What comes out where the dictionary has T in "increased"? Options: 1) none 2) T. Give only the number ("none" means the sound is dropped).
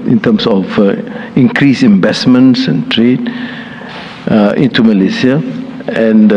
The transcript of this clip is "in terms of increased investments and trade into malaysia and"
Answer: 1